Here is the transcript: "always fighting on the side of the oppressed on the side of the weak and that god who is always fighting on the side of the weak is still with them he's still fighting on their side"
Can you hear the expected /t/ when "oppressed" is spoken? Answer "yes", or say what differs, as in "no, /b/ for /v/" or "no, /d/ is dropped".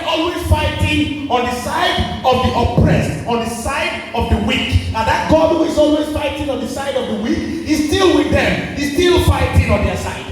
yes